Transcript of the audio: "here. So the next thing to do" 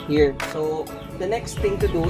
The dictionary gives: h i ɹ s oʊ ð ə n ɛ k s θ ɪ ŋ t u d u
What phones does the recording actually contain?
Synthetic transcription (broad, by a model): h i ɹ s oʊ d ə n ɛ k s t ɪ ŋ t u d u